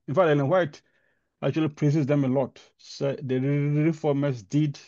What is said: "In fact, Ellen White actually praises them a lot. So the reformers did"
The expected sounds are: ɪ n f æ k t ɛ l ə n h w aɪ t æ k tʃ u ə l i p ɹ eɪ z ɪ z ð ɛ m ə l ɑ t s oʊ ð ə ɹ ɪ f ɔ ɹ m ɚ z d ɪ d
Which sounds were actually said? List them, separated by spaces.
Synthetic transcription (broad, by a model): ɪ n f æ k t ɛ n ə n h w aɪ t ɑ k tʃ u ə l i p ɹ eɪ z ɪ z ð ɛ m ə l ɑ t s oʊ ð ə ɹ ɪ f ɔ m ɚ s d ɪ d